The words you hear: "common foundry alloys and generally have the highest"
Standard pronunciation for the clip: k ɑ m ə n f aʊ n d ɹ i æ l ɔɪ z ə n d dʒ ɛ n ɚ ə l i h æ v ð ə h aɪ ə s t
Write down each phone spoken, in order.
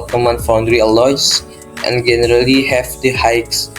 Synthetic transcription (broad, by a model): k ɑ m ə n f aʊ n d ɹ i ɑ l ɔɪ s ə n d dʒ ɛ n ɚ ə l i h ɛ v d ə h aɪ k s